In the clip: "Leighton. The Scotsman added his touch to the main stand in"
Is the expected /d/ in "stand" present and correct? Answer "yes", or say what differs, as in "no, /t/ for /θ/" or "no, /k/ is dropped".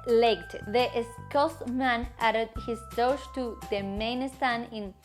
no, /d/ is dropped